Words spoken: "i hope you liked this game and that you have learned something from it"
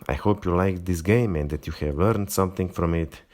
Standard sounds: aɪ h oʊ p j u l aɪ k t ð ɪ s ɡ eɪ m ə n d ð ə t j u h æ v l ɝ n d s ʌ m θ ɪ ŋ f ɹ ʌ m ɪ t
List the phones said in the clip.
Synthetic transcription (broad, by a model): aɪ h oʊ p j u l aɪ k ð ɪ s ɡ eɪ m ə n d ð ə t j u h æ v l ɝ n d s ʌ m θ ɪ ŋ f ɹ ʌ m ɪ t